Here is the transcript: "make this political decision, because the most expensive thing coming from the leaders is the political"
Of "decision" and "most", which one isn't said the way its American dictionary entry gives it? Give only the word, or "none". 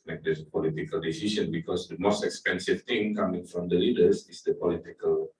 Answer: decision